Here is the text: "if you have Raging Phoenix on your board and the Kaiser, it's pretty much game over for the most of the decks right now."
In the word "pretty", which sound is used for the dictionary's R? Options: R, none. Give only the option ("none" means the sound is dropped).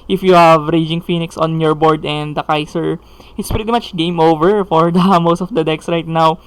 R